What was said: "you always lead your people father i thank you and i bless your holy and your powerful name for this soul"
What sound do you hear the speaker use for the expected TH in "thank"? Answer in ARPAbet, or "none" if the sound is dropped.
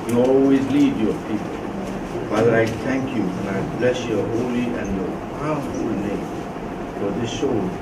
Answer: T